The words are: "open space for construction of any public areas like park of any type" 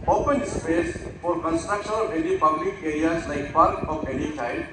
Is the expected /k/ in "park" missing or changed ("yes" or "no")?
yes